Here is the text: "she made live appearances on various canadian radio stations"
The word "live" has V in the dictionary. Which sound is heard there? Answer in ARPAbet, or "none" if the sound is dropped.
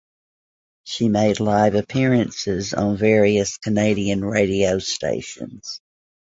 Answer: V